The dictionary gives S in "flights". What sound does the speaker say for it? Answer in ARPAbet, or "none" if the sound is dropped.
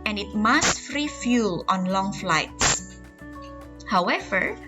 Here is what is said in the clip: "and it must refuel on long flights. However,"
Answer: S